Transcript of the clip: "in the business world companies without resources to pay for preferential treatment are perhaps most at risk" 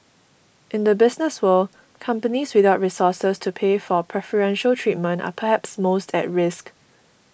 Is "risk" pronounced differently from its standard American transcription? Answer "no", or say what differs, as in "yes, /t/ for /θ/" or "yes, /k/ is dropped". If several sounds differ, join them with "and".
no